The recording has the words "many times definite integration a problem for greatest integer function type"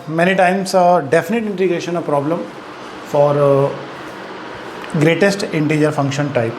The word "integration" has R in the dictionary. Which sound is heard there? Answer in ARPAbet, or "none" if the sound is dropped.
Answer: R